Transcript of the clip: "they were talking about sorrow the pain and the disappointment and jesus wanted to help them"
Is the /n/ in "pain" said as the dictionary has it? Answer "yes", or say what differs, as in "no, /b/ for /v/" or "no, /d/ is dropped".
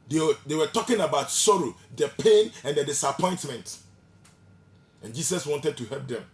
yes